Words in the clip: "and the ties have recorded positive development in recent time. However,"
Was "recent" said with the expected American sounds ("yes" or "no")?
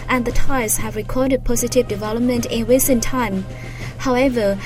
no